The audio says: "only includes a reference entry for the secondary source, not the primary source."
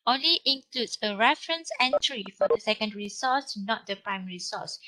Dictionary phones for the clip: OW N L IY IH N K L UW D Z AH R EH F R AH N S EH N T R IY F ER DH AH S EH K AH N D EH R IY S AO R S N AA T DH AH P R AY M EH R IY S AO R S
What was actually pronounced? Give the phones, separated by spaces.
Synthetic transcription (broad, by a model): OW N L IY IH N K L UW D S AH R EH F R AH N S EH N T R IY F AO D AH S EH K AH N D R IY S AO S N AA T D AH P R AY M EH R IY S AO S